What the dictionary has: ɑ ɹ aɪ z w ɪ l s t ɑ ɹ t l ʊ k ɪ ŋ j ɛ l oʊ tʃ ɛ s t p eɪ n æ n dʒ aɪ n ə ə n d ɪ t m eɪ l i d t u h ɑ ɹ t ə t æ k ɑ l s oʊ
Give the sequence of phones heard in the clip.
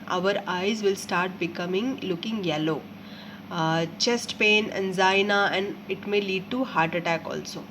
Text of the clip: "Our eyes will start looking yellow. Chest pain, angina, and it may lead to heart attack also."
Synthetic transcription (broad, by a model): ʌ ɹ aɪ z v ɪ l s t ɑ ɹ t l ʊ k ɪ ŋ j ɛ l oʊ tʃ ɛ s t p eɪ n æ n z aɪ n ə ə n d ɪ t m eɪ l i d t u h ɑ ɹ t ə t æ k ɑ l s oʊ